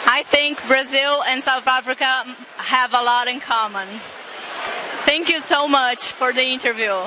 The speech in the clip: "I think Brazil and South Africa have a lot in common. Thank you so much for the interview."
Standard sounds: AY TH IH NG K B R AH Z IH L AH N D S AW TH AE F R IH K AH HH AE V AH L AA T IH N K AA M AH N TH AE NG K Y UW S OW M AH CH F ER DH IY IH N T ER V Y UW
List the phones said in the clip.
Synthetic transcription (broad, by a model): AY TH IH NG K B R AH Z IH L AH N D S AW TH AE F R IH K AH HH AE V AH L AA T IH N K AA M AH N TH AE NG K Y UW S OW M AH CH F ER DH IY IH N T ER V Y UW